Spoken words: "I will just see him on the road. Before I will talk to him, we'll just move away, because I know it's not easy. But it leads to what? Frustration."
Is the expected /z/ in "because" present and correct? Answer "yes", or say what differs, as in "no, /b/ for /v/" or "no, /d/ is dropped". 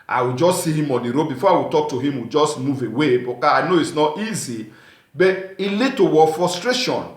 no, /z/ is dropped